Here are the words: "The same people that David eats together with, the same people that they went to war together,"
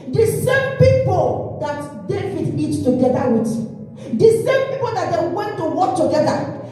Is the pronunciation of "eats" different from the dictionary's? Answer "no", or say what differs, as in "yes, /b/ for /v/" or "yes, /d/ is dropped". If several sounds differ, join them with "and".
yes, /s/ is dropped